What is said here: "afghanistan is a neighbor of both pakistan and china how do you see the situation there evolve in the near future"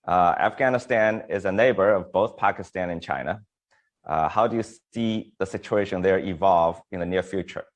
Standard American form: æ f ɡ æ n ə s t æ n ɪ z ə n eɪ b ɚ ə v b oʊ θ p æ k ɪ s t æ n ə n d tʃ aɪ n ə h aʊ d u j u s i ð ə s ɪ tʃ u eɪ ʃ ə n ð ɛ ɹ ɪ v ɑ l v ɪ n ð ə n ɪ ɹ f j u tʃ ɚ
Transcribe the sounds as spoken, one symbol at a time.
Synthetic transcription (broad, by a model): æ f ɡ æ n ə s t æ n ɪ z ə n eɪ b ɚ ə v b oʊ θ p æ k ɪ s t æ n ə n tʃ aɪ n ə h aʊ d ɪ j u s i ð ə s ɪ tʃ u eɪ ʃ ə n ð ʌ ɹ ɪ v ɑ l v ɪ n ð ə n ɪ ɹ f j u tʃ ɚ